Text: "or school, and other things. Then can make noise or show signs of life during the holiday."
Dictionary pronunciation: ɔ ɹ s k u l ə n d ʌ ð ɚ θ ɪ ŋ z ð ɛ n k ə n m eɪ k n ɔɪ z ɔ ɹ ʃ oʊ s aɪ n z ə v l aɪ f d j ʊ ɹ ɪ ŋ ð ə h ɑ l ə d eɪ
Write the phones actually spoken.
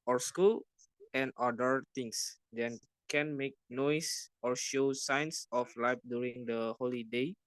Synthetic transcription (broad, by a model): ɔ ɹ s k u l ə n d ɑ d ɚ t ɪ ŋ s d ɛ n k ə n m eɪ k n ɔɪ s ɔ ɹ ʃ oʊ s aɪ n s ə f l aɪ f d j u ɹ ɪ ŋ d ə h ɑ l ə d eɪ